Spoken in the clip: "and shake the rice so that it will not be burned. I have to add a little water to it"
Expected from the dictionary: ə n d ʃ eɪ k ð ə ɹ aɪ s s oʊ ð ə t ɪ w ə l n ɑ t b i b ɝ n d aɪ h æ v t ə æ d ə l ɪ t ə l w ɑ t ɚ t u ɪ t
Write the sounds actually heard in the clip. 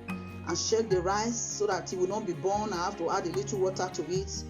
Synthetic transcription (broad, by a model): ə n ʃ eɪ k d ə ɹ aɪ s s oʊ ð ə t ɪ w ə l n ɑ t b i b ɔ n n h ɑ f t ə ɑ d ə l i t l w ɑ t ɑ t u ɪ t